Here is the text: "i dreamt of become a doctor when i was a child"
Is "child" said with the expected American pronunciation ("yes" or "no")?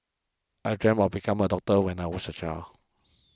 no